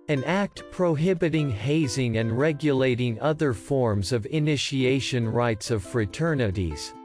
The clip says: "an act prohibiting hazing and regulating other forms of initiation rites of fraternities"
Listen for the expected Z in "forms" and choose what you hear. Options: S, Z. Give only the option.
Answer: Z